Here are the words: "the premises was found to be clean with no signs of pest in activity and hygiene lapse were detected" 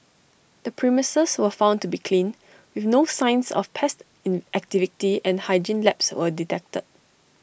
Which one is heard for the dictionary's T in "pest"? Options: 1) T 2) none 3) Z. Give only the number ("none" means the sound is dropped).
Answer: 1